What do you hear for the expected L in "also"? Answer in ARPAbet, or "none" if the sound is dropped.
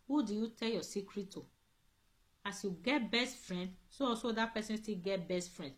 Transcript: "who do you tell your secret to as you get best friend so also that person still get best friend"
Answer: none